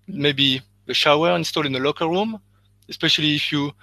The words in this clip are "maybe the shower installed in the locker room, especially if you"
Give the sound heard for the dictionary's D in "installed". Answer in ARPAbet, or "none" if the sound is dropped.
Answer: none